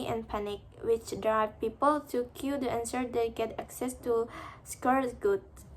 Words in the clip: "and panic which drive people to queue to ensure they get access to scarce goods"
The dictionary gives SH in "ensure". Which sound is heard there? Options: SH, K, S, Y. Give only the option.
S